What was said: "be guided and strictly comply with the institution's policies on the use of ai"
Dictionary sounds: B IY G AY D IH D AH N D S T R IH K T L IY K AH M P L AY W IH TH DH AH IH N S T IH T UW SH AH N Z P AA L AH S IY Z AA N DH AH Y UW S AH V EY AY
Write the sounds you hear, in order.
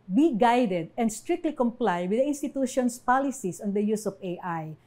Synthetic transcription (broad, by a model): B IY G AY D IH D AH N D S T R IH K T L IY K AH M P L AY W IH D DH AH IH N S T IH T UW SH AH N S P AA L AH S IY S AA N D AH Y UW S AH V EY AY